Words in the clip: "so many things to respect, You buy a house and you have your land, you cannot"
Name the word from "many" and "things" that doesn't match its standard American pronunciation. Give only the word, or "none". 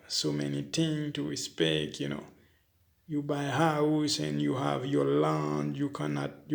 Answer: things